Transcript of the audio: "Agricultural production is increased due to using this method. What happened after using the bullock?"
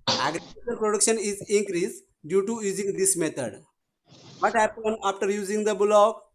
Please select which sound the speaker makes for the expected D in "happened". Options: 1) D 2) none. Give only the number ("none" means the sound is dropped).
2